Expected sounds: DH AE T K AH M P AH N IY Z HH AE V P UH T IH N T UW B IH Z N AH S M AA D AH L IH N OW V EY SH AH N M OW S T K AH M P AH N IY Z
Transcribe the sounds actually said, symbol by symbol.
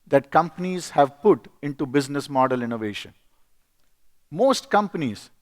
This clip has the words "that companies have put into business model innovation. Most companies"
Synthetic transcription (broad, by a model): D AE T K AH M P AH N IY Z HH AE V P UH T IH N T UW B IH Z N AH S M AA D AH L IH N OW V EY SH AH N M OW S T K AH M P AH N IY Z